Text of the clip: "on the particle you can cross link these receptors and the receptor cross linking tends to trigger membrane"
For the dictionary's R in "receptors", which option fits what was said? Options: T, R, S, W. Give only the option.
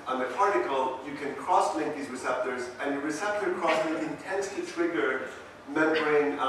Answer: R